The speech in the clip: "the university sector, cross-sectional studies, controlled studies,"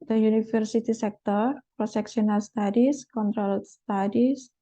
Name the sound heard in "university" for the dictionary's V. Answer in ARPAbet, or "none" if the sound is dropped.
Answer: F